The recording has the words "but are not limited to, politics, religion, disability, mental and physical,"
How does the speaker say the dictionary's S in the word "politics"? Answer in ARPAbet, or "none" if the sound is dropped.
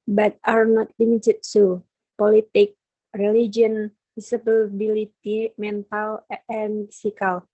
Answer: none